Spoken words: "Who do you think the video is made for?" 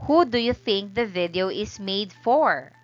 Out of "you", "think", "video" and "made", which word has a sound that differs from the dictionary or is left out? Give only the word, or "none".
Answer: none